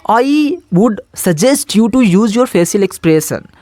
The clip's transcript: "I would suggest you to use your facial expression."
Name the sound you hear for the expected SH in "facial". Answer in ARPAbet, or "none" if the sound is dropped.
S